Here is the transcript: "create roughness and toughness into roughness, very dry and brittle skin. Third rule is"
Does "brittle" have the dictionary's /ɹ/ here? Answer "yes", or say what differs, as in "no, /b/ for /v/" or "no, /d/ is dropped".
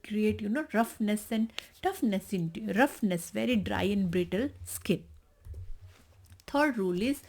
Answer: yes